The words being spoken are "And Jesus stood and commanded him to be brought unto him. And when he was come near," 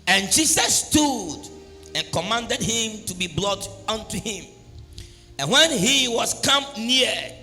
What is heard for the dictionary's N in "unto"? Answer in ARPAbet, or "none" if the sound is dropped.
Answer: N